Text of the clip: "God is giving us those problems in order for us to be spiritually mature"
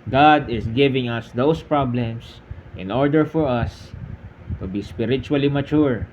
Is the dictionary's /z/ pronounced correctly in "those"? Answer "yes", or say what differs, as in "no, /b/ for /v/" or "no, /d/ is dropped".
no, /s/ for /z/